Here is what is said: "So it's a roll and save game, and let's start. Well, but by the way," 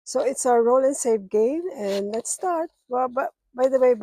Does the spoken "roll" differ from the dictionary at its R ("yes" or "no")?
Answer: no